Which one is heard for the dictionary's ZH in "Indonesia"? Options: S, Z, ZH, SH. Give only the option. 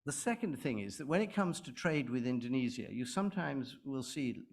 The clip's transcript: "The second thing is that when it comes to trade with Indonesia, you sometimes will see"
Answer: Z